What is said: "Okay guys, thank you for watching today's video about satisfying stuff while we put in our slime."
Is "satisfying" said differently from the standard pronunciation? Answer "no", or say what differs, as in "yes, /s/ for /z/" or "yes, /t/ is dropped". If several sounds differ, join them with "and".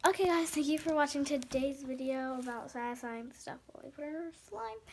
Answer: yes, /f/ is dropped